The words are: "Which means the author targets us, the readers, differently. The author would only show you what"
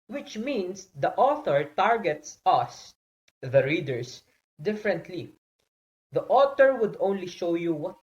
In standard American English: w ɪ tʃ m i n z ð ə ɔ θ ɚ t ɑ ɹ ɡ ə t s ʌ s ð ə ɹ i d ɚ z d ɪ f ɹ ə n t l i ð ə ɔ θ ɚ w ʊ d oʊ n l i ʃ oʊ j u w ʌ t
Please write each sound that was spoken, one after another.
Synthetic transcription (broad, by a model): w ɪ tʃ m i n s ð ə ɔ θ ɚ t ɑ ɹ ɡ ə t s ʌ s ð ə ɹ i d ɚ s d ɪ f ɹ ə n t l i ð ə ɔ t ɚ w ʊ d oʊ n l i ʃ oʊ j u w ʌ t